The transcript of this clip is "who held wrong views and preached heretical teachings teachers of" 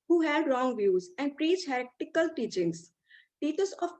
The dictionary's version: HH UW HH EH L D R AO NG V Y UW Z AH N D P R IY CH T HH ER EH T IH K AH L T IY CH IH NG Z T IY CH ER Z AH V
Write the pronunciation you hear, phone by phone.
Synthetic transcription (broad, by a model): HH UW HH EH D R AO NG V Y UW Z AH N D P R IY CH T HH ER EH T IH K AH L T IY CH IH NG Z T IY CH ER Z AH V